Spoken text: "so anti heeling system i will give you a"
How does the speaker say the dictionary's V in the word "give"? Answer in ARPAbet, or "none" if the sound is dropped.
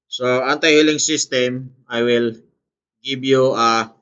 B